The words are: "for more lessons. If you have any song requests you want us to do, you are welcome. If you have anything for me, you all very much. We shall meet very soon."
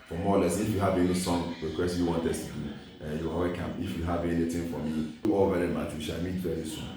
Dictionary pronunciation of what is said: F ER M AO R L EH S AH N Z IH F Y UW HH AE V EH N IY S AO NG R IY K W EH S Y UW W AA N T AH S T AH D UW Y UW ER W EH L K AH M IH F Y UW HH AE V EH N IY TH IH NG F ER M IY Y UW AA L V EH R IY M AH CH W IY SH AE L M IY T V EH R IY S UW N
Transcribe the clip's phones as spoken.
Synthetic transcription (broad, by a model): F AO M AO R L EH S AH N IH F Y UW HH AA V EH L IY S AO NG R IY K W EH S Y UW W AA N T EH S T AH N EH Y UW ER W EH K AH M IH F Y UW HH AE V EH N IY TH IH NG F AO M IY AA L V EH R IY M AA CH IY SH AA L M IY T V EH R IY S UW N